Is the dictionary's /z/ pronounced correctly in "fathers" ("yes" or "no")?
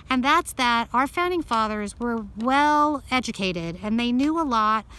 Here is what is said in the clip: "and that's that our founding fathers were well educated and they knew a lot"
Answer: yes